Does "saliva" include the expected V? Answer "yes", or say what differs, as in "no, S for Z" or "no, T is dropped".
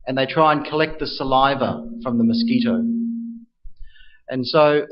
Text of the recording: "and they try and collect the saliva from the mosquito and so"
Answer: yes